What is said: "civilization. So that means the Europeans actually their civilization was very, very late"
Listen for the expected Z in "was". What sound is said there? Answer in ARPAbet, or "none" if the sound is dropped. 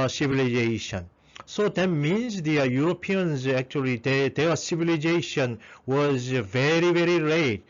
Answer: Z